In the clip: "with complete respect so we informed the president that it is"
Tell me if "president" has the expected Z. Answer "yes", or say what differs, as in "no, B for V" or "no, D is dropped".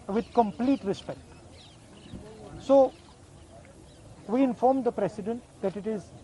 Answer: no, S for Z